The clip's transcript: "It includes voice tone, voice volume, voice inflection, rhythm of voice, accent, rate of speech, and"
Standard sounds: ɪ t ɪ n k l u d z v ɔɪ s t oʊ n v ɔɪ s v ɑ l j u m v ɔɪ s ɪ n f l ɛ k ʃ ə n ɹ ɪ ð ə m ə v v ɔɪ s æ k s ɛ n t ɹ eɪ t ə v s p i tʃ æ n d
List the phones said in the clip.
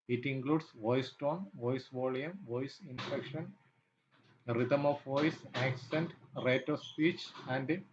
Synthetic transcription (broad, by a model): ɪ t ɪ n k l u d s v ɔɪ s t oʊ n v ɔɪ s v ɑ l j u m v ɔɪ s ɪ n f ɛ k ʃ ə n ɹ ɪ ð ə m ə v v ɔɪ s æ k s ɛ n t ɹ eɪ t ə s p i tʃ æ n d